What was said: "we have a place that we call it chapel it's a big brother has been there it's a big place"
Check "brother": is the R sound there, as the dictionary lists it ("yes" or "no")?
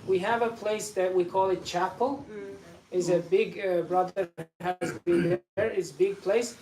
yes